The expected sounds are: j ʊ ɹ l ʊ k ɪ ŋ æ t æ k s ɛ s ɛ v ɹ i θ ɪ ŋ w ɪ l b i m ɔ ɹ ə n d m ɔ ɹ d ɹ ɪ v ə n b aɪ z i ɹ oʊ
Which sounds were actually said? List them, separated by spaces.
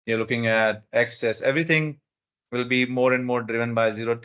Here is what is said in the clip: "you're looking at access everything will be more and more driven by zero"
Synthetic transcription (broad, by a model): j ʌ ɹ l ʊ k ɪ ŋ æ t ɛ k s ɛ s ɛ v ɹ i t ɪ ŋ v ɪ l b i m ɔ ɹ ə n d m ɔ ɹ d ɹ ɪ v ə n b aɪ z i ɹ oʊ